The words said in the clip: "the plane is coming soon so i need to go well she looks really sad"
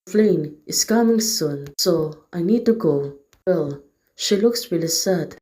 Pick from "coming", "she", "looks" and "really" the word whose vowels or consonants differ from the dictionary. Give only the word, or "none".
really